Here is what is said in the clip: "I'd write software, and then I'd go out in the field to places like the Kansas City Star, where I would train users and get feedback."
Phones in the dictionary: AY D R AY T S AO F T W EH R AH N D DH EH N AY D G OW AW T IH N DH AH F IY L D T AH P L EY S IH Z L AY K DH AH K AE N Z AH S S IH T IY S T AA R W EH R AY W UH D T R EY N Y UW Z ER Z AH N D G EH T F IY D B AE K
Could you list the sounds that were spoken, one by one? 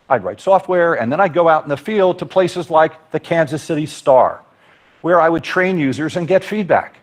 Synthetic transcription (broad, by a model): AY D R AY T S AO F T W EH R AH N DH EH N AY D G OW AW T N DH AH F IY L D T AH P L EY S IH Z L AY K DH AH K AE N Z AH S S IH T IY S T AA R W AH R AY W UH D T R EY N Y UW Z ER Z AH N G EH T F IY D B AE K